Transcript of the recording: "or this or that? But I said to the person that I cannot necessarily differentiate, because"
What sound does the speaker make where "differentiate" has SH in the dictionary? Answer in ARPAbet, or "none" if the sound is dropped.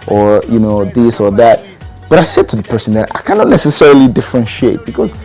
SH